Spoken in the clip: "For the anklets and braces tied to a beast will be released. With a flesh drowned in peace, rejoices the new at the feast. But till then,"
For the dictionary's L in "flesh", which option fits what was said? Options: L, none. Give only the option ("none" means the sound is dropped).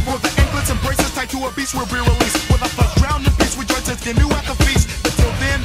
none